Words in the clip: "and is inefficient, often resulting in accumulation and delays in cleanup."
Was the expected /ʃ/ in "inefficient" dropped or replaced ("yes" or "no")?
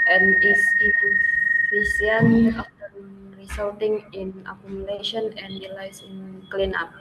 yes